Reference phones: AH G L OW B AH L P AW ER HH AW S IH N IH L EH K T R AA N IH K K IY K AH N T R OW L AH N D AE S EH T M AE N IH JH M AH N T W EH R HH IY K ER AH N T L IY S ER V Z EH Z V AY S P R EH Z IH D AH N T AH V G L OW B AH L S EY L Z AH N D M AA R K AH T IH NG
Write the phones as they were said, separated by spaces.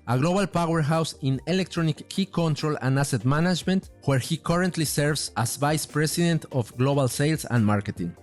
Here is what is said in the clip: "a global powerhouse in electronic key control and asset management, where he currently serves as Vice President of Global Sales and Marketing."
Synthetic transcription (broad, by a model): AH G L OW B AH L P AW ER HH AW S IH N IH L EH K T R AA N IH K K IY K AH N T R OW L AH N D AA S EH T M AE N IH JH M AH N T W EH R HH IY K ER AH N T L IY S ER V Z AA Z V AY S P R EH S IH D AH N T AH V G L OW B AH L S EY L S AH N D M AA R K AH T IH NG